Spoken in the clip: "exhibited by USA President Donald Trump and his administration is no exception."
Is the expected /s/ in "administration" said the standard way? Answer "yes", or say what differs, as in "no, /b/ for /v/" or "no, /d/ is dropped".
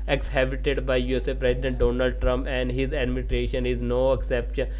no, /s/ is dropped